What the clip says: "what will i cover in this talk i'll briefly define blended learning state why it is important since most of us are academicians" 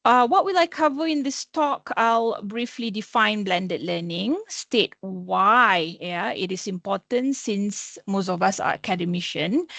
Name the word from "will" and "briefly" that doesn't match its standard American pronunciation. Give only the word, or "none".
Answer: none